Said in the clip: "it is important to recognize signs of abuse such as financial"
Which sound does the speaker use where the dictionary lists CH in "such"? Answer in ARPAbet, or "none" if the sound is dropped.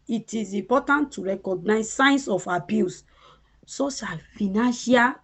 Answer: SH